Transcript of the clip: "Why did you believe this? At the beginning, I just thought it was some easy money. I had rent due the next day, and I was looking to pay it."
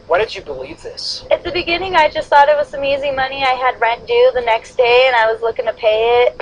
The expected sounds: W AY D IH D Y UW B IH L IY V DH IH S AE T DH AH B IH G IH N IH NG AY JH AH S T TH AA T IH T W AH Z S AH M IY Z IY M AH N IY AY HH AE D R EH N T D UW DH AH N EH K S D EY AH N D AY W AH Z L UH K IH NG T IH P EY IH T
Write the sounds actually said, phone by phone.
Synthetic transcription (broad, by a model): W AY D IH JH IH B IH L IY V DH IH S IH T DH AH B IH G IH N IH NG AY JH AH S T TH AA T IH T W AH Z S AH M IY Z IY M AH N IY AY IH D R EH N D UW DH AH N EH K S D EY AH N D AY W AH Z L UH K IH NG T IH P EY IH T